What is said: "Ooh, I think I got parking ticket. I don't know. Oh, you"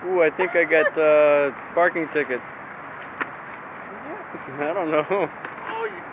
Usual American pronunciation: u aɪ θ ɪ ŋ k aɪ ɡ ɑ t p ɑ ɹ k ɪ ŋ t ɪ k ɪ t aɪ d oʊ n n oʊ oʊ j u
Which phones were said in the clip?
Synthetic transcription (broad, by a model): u aɪ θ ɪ ŋ k aɪ ɡ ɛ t p ɑ ɹ k ɪ ŋ t ɪ k ɪ t aɪ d oʊ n n oʊ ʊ